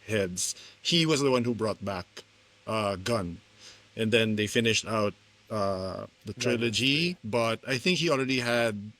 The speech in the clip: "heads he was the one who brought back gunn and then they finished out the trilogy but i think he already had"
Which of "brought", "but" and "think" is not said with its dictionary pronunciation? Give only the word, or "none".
none